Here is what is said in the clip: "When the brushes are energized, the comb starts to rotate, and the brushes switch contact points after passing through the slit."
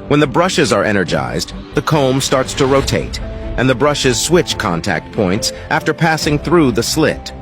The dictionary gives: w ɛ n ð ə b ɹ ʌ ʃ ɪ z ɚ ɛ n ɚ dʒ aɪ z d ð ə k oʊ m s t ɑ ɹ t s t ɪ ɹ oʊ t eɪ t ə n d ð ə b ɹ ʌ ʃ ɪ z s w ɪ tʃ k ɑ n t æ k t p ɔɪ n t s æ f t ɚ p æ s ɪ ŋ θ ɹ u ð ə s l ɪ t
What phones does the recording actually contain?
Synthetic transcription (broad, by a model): w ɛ n ð ə b ɹ ʌ ʃ ɪ z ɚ ɛ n ɚ dʒ aɪ z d ð ə k oʊ m s t ɑ ɹ t s t ɪ ɹ oʊ t eɪ t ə n ð ə b ɹ ʌ ʃ ɪ z s w ɪ tʃ k ɑ n t æ k t p ɔɪ n t s æ f t ɚ p æ s ɪ ŋ θ ɹ u ð ə s l ɪ t